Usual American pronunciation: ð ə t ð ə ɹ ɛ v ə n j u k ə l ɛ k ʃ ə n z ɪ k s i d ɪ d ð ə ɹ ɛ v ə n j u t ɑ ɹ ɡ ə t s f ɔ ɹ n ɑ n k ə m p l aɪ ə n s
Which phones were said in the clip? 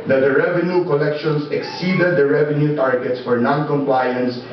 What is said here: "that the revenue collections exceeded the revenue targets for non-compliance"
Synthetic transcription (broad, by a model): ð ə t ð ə ɹ ɛ v ə n j u k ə l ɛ k ʃ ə n s ɪ k s i d ɪ d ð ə ɹ ɛ v ə n j u t ɑ ɹ ɡ ə t s f ɔ ɹ n ɑ n k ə m p l aɪ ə n s